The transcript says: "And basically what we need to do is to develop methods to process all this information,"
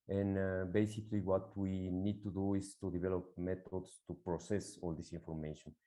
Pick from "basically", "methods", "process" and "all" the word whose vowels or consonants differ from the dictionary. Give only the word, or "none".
methods